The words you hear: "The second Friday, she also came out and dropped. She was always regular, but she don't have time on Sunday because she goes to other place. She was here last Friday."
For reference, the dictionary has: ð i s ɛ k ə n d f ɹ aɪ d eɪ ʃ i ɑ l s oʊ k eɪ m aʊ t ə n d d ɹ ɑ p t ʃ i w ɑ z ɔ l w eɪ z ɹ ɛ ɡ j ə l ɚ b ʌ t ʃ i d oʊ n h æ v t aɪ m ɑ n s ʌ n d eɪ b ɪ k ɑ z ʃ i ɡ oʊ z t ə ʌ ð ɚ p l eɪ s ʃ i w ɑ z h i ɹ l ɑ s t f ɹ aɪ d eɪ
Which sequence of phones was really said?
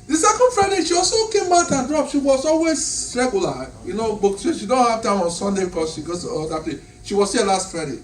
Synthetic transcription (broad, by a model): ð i s ɛ k ə n d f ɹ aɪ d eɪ ʃ i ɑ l s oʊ k eɪ m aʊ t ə n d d ɹ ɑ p ʃ i w ɑ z ɔ l w eɪ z ɹ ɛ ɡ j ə n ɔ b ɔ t ʃ i d oʊ n h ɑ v t aɪ m ɑ n s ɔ n d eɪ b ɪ k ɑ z ʃ i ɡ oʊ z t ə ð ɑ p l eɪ ʃ i w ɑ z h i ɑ l ɑ s t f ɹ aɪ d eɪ